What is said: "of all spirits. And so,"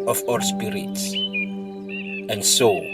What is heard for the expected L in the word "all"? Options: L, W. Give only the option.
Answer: W